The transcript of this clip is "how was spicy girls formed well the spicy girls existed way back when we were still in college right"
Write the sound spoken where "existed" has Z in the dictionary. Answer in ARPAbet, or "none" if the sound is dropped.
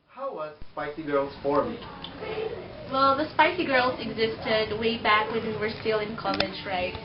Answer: Z